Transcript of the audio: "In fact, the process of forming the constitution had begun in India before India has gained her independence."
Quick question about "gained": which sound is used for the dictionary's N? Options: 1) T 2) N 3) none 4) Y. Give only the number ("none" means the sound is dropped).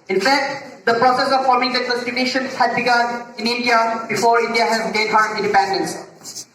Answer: 3